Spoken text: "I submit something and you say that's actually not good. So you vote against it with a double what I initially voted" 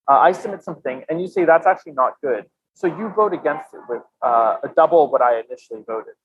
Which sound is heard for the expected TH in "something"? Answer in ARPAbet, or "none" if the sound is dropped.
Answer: TH